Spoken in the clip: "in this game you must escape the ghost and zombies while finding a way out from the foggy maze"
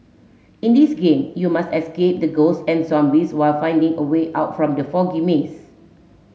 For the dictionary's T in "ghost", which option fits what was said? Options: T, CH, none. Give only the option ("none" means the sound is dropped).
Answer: none